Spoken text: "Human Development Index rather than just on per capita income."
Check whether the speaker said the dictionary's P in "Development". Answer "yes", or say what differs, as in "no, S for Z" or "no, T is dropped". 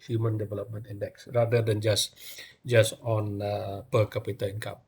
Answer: yes